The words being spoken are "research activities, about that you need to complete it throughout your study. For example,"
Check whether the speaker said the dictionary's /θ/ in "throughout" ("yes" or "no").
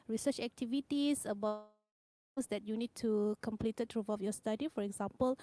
no